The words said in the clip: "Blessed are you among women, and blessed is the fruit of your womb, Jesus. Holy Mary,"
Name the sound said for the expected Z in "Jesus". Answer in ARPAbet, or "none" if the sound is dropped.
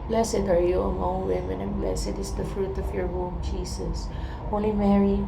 S